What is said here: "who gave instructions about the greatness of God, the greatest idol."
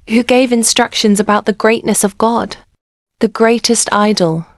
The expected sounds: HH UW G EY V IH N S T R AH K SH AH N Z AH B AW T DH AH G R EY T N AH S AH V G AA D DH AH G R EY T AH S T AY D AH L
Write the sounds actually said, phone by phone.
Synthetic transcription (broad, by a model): HH UW G EY V IH N S T R AH K SH AH N Z AH B AW T DH AH G R EY T N AH S AH V G AA D DH AH G R EY T AH S T AY D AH L